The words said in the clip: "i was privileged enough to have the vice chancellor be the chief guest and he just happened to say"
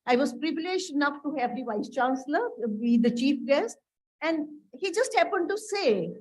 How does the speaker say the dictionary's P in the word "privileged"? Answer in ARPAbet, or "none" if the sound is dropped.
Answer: P